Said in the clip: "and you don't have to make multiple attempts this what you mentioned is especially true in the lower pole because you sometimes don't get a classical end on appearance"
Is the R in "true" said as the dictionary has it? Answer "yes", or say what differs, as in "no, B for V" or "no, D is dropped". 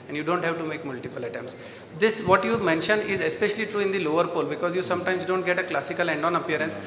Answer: yes